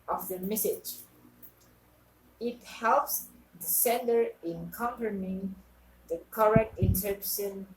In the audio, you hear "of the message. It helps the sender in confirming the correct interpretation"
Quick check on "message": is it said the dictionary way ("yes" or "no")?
yes